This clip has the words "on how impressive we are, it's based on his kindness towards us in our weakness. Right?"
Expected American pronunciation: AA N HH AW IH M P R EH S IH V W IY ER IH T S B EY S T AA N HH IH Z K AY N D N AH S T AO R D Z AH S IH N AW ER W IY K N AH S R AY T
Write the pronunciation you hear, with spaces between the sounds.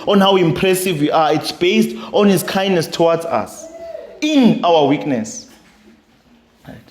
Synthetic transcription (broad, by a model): AA N HH AW IH M P R EH S IH V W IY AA IH T S B EY S T AA N HH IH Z K AY N D N AH S T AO W D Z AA S IH N AW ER W IY K N AH S